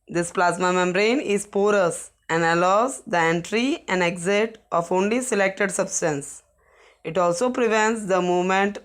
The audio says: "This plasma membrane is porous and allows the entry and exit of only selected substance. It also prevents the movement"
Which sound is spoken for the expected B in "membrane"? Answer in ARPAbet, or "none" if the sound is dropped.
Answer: none